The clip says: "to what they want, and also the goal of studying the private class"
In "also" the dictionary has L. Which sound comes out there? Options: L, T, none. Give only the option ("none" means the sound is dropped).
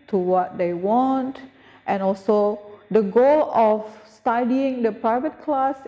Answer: L